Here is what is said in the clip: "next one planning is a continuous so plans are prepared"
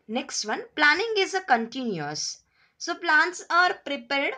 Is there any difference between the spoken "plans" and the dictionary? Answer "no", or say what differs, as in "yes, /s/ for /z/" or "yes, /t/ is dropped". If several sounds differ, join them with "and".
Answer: yes, /s/ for /z/